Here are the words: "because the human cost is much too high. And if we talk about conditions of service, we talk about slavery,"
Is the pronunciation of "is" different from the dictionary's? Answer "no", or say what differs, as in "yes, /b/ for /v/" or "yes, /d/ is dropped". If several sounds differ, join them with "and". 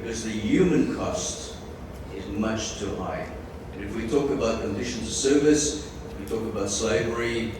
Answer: no